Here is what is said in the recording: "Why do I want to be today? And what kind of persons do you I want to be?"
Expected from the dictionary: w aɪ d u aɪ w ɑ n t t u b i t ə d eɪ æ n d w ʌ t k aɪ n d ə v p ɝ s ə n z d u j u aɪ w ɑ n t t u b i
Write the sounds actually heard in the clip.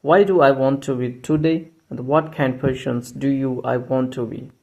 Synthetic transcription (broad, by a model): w aɪ d u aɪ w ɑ n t t u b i t ə d eɪ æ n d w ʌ t k aɪ n d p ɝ ʃ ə n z d u j u aɪ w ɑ n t t u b i